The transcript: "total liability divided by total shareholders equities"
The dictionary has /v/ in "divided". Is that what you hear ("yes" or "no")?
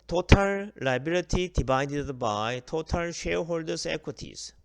no